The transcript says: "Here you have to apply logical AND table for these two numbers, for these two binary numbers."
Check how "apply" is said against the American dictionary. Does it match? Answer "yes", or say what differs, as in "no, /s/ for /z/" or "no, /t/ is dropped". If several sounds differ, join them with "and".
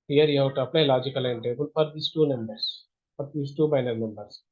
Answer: no, /n/ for /l/